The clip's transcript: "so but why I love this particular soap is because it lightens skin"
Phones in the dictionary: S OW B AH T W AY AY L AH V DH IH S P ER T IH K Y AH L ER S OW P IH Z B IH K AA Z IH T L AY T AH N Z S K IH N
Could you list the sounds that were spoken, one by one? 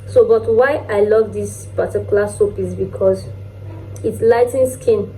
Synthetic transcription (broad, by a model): S OW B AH T W AY AY L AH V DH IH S P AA T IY K Y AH L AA S OW P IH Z B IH K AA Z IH T L AY T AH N S K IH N